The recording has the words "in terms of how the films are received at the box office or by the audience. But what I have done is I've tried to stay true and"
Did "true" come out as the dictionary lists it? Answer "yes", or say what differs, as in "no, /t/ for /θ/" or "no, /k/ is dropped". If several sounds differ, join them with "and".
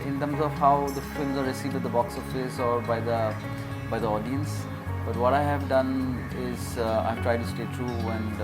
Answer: yes